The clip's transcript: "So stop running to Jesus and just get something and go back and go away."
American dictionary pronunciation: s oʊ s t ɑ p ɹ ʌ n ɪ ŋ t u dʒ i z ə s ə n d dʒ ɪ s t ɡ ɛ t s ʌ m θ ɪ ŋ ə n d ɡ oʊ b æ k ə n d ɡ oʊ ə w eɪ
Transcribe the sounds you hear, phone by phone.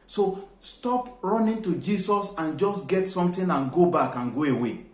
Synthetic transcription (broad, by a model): s oʊ s t ɑ p ɹ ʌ n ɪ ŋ t u dʒ i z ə s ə n dʒ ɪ s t ɡ ɛ t s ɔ m t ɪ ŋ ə n ɡ oʊ b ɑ k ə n ɡ oʊ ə w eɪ